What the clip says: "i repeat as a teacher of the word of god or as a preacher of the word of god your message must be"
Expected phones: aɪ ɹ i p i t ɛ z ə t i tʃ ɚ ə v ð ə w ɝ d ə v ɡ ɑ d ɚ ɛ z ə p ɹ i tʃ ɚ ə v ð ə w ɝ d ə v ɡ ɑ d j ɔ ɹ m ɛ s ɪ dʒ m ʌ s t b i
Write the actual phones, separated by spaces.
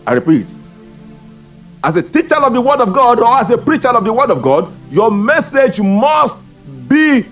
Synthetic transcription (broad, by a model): aɪ ɹ i p i t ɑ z ə t i tʃ ɚ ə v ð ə w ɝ d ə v ɡ ɑ d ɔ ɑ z ə p ɹ i tʃ ɚ ə v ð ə w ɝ d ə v ɡ ɑ d j ɔ m ɛ s ɪ dʒ m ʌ s t b i